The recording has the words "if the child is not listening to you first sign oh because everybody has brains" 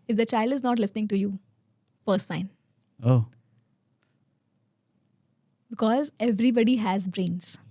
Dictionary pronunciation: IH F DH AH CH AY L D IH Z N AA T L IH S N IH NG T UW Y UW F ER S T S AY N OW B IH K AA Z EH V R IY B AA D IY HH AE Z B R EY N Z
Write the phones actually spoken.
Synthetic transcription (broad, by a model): IH F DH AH CH AY L D IH Z N AA T L IH S N IH NG T UW Y UW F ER T S AY N OW B IH K AA Z EH V R IY B AA D IY HH AE Z B R EY N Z